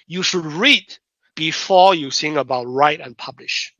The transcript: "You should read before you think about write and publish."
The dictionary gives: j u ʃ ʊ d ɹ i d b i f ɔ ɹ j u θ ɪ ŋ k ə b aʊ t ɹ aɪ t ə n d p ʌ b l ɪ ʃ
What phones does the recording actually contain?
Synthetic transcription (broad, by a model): j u ʃ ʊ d ɹ i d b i f ɔ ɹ j u s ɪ ŋ ə b aʊ t ɹ aɪ t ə n p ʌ b l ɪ ʃ